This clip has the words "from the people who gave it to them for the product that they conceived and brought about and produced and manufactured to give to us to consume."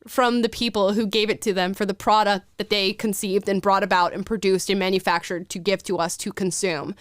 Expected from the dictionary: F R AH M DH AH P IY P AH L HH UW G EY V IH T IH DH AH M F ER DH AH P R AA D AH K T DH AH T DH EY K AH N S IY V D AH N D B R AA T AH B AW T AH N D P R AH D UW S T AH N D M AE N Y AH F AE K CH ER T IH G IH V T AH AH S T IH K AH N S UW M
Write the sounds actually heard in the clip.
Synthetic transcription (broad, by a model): F R AH M DH AH P IY P L HH UW G EY V IH T IH DH AH M F ER DH AH P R AA D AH K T DH AH T DH EY K AH N S IY V D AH N B R AA T AH B AW T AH N P R AH D UW S T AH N M AE N Y AH F AE K CH ER T IH G IH V T AH AH S T IH K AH N S UW M